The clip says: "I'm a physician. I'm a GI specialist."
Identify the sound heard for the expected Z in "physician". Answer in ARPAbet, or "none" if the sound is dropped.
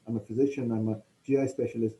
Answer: Z